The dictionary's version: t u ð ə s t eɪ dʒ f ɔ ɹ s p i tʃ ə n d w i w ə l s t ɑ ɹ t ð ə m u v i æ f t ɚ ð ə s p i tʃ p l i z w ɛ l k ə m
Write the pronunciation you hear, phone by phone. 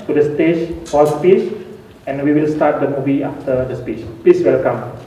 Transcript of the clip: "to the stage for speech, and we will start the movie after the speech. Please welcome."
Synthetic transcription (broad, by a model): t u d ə s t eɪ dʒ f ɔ l s p i tʃ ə n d w i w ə l s t ɑ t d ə m u v i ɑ f t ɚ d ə s p i tʃ p l i s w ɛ l k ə m